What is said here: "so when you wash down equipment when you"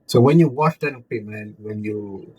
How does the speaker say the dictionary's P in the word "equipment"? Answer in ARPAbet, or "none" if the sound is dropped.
none